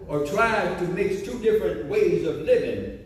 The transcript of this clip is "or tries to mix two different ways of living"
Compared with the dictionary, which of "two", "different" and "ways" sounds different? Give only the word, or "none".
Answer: none